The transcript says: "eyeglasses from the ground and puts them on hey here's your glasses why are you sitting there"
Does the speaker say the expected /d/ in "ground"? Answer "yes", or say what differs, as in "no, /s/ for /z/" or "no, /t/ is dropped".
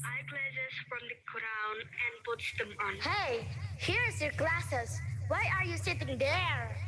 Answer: no, /d/ is dropped